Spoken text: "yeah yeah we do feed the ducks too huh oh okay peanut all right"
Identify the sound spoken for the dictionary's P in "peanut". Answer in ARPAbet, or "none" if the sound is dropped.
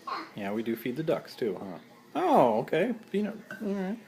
F